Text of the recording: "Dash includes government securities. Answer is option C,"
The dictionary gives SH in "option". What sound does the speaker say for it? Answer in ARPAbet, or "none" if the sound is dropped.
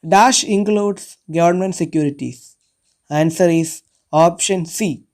SH